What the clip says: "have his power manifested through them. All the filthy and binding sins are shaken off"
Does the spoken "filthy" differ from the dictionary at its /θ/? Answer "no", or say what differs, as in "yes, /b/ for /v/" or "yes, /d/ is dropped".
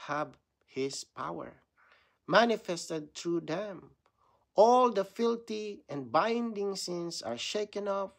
yes, /t/ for /θ/